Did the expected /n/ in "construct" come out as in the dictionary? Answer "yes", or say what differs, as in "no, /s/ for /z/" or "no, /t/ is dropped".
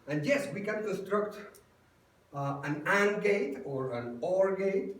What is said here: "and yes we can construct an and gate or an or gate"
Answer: no, /n/ is dropped